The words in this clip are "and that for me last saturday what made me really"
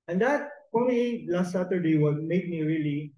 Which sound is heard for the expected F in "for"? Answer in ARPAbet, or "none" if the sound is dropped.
P